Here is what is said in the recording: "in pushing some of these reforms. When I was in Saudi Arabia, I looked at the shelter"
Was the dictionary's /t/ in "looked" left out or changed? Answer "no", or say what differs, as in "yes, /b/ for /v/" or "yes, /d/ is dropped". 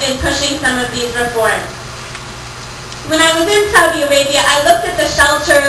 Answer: no